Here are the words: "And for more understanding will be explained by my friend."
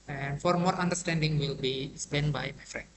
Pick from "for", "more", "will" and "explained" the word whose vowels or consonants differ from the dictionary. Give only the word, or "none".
explained